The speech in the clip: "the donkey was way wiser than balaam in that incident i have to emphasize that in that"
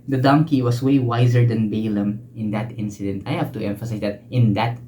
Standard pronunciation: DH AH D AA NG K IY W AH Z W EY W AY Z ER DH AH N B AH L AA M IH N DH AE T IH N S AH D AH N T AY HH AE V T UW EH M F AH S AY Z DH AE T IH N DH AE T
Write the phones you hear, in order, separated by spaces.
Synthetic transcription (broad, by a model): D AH D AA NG K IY W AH S W EY W AY Z ER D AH N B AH L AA M IH N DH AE T IH N S AH D AH N T AY HH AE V T UW EH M F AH S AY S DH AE T IH N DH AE T